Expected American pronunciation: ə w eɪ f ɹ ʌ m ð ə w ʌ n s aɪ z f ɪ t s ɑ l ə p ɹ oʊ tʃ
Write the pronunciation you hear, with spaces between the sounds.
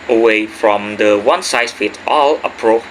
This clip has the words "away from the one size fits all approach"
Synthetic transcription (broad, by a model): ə w eɪ f ɹ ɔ m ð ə w ʌ n s aɪ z f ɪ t ɑ l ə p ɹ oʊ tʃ